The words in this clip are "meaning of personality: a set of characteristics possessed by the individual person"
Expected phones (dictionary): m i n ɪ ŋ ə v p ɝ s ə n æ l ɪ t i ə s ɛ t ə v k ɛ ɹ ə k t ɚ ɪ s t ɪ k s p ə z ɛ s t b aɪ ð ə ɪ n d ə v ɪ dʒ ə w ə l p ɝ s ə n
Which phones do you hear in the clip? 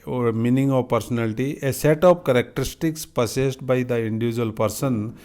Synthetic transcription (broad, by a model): m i n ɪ ŋ ə v p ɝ s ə n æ l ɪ t i ə s ɛ t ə p k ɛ ɹ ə k t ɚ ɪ s t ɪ k s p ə s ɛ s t b aɪ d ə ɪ n d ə v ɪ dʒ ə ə l p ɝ s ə n